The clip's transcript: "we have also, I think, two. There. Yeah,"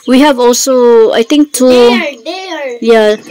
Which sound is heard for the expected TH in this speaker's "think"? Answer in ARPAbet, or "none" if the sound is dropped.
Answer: T